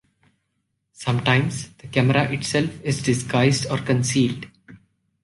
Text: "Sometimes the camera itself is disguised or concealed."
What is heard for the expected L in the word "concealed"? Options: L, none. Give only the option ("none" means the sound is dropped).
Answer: L